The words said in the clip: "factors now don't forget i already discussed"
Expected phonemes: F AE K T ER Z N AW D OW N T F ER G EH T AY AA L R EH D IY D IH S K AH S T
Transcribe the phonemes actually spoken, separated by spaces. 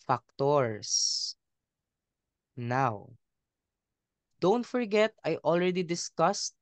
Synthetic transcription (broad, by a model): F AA K T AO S N AW D OW N T F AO G EH T AY AA L R EH D IY D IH S K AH S T